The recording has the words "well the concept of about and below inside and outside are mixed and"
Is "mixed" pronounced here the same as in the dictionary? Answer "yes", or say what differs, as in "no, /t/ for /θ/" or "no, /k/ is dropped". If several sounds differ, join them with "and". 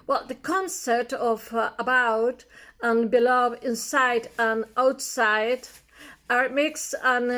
no, /t/ is dropped